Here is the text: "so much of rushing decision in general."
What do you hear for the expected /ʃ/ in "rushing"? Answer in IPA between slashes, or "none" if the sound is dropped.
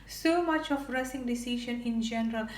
/s/